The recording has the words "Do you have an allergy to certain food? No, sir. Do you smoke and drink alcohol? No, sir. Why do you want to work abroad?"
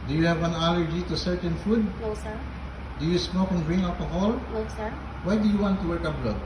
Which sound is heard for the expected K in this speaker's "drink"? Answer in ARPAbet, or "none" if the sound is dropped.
none